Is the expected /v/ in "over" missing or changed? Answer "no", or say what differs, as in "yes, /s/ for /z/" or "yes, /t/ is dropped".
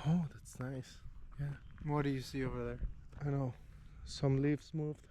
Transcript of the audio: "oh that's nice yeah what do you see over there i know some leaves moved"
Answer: no